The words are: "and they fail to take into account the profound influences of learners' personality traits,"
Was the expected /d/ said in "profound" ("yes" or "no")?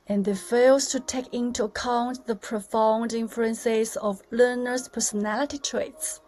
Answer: yes